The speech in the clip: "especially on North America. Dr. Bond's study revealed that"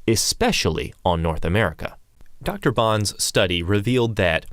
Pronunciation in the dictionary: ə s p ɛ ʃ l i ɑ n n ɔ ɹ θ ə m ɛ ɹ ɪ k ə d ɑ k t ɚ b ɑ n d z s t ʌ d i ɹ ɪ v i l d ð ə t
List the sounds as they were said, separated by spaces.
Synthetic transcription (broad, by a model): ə s p ɛ ʃ l i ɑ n n ɔ ɹ θ ə m ɛ ɹ ɪ k ə d ɑ k t ɚ b ɑ n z s t ʌ d i ɹ ɪ v i l d ð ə t